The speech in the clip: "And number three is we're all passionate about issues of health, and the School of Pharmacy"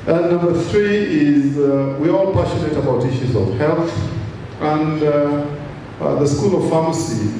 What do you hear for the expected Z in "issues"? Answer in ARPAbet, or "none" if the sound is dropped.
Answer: Z